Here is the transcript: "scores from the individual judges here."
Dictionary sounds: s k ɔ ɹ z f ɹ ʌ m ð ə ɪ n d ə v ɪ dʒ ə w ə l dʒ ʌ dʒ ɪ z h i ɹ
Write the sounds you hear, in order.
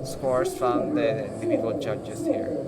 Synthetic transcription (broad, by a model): s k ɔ ɹ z f ɹ ʌ m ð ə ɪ d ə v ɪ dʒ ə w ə l dʒ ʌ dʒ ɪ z h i ɹ